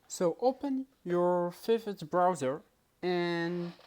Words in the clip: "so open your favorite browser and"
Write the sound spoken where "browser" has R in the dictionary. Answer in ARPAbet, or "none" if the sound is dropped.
R